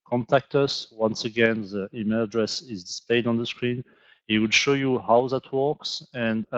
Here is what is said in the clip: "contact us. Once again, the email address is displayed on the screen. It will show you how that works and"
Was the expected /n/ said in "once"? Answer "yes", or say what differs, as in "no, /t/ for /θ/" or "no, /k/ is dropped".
yes